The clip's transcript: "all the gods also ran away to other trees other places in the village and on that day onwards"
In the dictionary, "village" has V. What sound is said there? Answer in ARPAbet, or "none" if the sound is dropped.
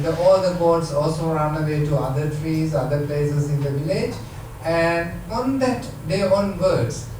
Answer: V